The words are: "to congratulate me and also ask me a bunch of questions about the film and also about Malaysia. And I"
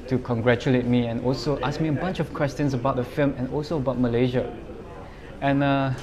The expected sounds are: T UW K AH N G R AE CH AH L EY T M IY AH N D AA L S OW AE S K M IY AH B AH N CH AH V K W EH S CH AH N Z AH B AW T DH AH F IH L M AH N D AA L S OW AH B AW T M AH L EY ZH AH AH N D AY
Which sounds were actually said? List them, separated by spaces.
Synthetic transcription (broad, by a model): T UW K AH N G R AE CH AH L EY T M IY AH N AA L S OW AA S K M IY AH B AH N CH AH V K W EH S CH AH N S AH B AW T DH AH F IH L M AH N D AA L S OW AH B AW T M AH L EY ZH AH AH N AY